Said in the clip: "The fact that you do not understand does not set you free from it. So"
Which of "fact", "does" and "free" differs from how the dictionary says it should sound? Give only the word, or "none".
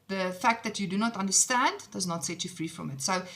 none